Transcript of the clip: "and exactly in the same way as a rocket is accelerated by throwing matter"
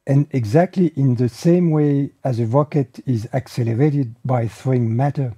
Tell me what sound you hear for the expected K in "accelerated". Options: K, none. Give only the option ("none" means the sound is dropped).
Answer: K